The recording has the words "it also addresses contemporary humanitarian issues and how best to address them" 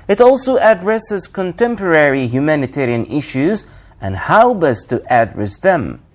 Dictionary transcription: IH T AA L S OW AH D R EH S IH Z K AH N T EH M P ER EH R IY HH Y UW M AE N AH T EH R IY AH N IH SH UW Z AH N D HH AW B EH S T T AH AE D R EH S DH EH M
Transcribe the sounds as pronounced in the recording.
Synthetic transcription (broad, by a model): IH T AA L S OW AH D R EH S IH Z K AH N T EH M P ER EH R IY HH Y UW M AE N AH T EH R IY AH N IH SH UW Z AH N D HH AW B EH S T T AE D R EH S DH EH M